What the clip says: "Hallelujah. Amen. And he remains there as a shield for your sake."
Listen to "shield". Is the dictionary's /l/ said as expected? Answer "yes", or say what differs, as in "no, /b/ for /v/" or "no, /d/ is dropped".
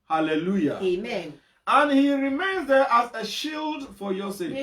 yes